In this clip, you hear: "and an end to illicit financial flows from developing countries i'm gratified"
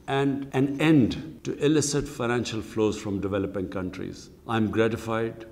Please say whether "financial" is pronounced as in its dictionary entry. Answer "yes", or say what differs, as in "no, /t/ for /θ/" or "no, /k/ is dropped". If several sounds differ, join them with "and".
yes